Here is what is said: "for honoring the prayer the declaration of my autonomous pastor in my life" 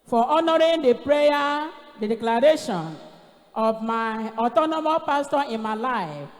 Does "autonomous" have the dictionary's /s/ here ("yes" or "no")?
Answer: no